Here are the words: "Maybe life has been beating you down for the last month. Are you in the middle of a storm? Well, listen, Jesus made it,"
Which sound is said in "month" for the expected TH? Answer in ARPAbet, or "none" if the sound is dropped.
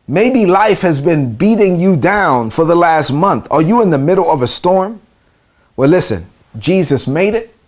TH